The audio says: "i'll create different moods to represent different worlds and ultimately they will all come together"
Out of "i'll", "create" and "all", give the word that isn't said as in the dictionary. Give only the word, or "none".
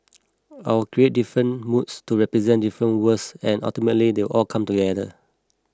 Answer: i'll